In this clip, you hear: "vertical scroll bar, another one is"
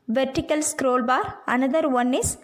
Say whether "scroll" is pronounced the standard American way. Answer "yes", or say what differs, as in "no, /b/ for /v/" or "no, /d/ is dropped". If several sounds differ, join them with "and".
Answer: yes